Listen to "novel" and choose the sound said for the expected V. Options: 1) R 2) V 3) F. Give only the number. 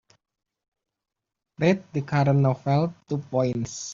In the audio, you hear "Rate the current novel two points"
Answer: 3